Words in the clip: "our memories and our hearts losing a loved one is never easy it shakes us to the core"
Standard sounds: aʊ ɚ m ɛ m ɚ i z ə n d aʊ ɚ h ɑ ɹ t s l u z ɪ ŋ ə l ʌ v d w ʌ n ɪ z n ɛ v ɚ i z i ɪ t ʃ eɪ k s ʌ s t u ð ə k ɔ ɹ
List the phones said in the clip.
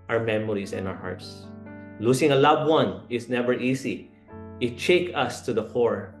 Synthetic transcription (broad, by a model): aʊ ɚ m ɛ m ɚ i s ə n aʊ ɚ h ɑ ɹ t s l u s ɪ ŋ ə l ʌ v w ʌ n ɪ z n ɛ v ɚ i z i ɪ t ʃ eɪ k ʌ s t u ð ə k ɔ ɹ